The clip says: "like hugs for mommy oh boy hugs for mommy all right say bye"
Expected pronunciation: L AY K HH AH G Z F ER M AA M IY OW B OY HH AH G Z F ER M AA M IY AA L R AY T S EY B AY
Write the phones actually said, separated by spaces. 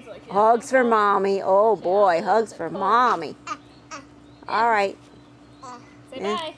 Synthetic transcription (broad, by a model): HH AH G Z F ER M AA M IY OW B OY HH AH G Z F ER M AA M IY AA L R AY T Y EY